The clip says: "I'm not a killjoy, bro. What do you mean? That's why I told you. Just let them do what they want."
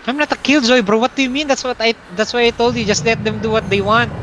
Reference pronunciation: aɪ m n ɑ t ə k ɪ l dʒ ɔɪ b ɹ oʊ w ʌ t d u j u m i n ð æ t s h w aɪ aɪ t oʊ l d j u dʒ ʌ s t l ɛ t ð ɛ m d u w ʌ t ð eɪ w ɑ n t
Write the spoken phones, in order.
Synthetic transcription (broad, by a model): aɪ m n ɑ t ə k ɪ l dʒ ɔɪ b oʊ w ʌ t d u j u m i n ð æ t s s w aɪ aɪ t oʊ l d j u dʒ ʌ s t l ɛ t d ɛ m d u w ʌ t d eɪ w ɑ n t